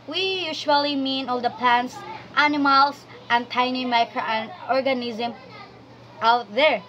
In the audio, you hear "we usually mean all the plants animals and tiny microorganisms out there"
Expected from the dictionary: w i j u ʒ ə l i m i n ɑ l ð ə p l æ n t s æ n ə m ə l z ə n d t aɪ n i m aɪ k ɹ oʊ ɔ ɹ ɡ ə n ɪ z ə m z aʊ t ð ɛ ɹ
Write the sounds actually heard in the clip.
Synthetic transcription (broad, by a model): w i j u ʃ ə l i m i n ɑ l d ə p l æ n t s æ n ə m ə l s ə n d t aɪ n i m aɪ k ɹ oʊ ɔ ɹ ɡ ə n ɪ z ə m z aʊ t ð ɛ ɹ